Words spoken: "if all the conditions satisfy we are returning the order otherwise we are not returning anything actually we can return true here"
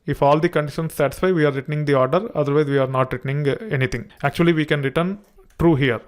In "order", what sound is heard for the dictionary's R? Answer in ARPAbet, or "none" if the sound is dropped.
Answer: R